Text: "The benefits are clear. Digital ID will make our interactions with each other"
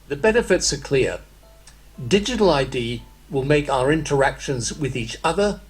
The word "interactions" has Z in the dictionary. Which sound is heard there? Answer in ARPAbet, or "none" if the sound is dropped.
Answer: Z